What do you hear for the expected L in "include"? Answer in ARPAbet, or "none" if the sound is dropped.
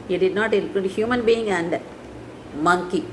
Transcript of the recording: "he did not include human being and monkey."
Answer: none